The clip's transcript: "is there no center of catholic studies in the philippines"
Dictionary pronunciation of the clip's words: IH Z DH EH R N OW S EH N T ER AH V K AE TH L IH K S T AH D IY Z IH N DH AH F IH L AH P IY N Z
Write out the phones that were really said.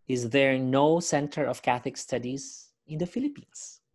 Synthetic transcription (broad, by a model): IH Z DH EH R N OW S EH N T ER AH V K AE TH IH K S T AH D IY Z IH N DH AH F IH L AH P IY N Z